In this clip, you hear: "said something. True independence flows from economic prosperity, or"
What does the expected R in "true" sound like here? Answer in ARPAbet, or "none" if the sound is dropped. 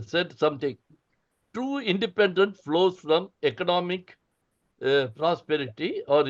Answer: none